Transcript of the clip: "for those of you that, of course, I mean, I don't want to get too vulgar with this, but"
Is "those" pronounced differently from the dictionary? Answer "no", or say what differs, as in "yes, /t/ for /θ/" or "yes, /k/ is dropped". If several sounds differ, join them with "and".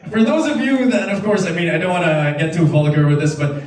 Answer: no